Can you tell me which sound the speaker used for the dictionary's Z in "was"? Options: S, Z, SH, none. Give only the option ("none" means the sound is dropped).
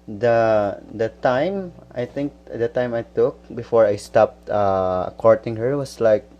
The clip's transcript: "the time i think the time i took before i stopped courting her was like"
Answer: S